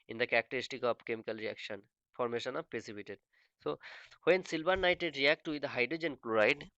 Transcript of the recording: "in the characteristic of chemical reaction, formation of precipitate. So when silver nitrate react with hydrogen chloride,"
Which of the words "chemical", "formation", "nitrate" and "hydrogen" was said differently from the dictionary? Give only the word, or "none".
nitrate